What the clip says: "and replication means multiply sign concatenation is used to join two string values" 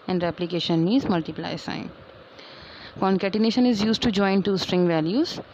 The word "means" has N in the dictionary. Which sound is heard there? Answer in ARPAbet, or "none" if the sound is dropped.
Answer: none